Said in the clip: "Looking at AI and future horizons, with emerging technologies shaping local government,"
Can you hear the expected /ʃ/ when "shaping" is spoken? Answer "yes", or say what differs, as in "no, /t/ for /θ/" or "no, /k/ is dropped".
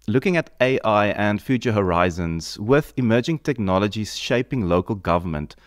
yes